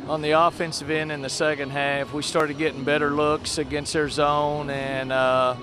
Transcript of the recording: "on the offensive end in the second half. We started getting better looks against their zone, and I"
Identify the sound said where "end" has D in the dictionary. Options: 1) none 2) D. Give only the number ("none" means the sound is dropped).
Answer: 1